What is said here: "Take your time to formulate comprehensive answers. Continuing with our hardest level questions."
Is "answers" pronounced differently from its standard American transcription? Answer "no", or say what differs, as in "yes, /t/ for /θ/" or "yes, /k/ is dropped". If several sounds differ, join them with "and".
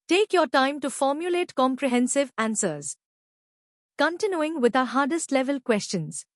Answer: no